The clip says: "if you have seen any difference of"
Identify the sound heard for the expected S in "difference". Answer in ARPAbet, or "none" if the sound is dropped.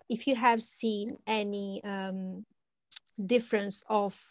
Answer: S